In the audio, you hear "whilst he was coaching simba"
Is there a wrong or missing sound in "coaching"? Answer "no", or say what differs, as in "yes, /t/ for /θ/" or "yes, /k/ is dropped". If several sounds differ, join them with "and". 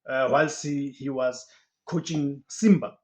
no